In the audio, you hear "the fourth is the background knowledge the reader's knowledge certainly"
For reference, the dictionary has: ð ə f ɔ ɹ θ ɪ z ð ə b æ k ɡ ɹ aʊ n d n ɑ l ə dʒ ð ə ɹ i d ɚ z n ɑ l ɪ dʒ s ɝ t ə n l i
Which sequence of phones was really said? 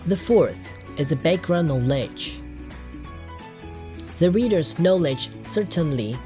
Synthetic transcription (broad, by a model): ð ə f ɔ ɹ θ ɪ z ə b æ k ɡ ɹ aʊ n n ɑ l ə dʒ ð ə ɹ i d ɚ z n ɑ l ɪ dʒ s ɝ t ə n l i